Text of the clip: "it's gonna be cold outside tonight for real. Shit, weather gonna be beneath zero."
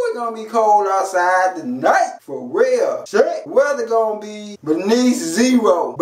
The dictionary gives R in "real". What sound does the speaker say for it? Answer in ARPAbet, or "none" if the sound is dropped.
W